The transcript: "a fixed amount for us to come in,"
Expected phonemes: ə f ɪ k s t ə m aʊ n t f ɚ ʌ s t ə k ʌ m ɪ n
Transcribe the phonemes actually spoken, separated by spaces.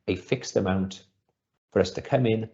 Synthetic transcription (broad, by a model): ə f ɪ k s t ə m aʊ n t f ɚ ʌ s t ə k ʌ m ɪ n